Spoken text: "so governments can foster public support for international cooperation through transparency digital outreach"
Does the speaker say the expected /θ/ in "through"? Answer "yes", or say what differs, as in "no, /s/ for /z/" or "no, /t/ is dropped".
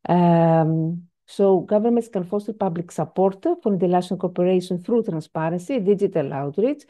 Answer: yes